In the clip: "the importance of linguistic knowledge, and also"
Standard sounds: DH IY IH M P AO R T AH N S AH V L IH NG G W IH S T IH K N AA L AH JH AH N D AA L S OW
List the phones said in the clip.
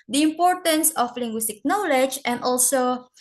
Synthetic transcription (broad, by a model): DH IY IH M P AO R T AH N S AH F L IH NG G W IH S T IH K N AA L AH JH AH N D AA L S OW